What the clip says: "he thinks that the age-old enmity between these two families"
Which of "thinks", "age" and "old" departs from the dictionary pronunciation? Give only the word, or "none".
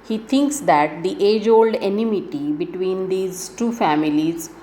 thinks